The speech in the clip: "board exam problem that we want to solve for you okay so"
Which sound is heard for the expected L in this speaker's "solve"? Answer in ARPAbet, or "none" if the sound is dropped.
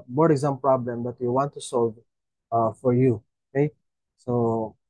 L